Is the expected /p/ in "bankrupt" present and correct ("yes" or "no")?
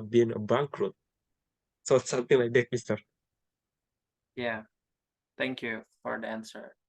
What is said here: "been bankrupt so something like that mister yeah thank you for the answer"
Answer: no